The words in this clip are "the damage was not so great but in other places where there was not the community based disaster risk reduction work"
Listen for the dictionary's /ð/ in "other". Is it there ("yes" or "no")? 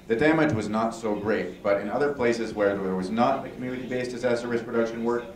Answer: yes